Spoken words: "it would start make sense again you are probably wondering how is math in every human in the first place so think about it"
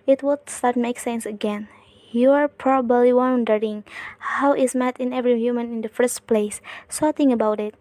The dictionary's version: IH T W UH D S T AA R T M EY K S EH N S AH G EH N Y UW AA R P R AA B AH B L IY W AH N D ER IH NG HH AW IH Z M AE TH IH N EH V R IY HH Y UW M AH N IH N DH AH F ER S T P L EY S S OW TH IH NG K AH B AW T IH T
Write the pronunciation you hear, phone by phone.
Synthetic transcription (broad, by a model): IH T W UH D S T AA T M EY K S EH N S AH G EH N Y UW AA R P R AA B AH B L IY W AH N D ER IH NG HH AW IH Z M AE T IH N EH V R IY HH Y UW M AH N IH N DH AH F ER S T P L EY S S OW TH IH NG AH B AW T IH T